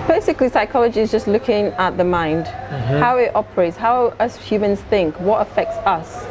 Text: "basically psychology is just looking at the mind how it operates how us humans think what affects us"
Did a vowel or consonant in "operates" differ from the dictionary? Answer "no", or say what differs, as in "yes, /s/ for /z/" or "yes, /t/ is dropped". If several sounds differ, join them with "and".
no